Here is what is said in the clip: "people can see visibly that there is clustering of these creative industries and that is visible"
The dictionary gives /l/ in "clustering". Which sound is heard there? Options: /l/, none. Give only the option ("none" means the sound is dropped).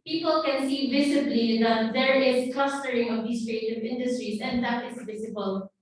none